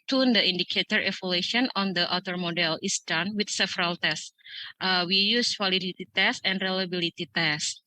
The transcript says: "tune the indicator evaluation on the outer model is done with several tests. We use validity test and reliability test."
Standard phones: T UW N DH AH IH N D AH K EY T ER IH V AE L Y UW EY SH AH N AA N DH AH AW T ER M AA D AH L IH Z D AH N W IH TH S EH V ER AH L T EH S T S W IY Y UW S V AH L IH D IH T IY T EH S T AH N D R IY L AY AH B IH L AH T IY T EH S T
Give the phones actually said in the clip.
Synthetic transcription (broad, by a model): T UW N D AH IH N D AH K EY T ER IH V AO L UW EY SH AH N AA N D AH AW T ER M AA D AH L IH S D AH N W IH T S EH V ER AH L T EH S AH W IY Y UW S W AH L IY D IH T IY T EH S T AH N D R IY L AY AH B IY L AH T IY T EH S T